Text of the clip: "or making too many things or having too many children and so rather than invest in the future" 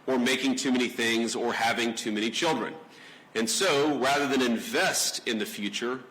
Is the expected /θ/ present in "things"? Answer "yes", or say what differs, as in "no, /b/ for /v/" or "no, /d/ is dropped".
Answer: yes